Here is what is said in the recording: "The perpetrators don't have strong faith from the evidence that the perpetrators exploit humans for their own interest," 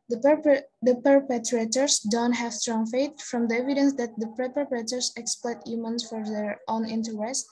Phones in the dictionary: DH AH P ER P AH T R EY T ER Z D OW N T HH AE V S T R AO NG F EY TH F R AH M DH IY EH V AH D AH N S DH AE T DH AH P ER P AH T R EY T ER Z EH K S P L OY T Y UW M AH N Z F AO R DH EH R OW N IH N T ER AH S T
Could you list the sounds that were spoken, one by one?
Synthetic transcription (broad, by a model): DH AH P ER P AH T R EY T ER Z D OW N T HH AE V S T R AO NG F EY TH F R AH M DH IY EH V AH D AH N S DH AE T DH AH P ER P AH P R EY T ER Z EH K S P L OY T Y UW M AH N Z F AO R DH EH R OW N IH N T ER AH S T